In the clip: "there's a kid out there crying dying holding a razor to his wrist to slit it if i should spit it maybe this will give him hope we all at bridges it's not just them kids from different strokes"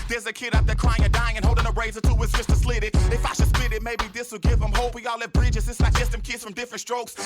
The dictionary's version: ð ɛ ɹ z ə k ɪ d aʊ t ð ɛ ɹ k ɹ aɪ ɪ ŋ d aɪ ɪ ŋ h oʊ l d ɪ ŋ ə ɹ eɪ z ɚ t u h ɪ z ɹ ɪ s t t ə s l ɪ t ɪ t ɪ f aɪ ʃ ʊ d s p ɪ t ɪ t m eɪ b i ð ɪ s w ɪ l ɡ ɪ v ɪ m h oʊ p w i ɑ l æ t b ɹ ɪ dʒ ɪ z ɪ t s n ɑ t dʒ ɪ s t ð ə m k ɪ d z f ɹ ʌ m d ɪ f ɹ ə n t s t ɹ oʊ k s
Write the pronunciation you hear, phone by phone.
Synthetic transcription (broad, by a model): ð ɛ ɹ z ə k ɪ d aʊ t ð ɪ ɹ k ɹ aɪ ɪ ŋ d aɪ ɪ ŋ h oʊ l d ɪ ŋ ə ɹ eɪ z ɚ t u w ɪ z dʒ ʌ s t t ə s l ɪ t ɪ t ɪ f aɪ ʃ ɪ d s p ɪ t ɪ t m eɪ b i ð ɪ s w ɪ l ɡ ɪ v ɪ m h oʊ p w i ɑ l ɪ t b ɹ ɪ dʒ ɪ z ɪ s l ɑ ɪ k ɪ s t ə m k ɪ d z f ɹ ʌ m d ɪ f ɹ ə n t s t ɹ oʊ k s